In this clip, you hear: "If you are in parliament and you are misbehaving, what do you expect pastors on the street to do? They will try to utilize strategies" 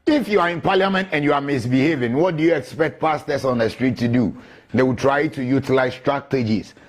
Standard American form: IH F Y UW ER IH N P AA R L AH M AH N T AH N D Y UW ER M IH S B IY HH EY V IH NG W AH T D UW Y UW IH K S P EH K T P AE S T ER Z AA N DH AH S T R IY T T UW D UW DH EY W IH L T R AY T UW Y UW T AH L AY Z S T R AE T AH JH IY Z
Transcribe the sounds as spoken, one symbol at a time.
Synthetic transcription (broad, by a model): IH F Y UW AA IH N P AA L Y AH M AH N T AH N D Y UW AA M IH S B IY HH EY V IH NG W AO T D UW Y UW IH K S P EH K T P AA S T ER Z AA N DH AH S T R IY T T UW D UW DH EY W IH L T R AY T UW Y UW T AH L AY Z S T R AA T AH JH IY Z